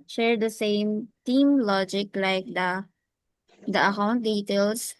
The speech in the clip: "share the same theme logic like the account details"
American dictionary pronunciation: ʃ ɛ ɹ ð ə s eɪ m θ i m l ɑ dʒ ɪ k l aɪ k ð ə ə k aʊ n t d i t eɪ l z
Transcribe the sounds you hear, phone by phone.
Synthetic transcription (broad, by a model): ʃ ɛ ɹ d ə s eɪ m t i m l ɑ dʒ ɪ k l aɪ k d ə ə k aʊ n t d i t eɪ l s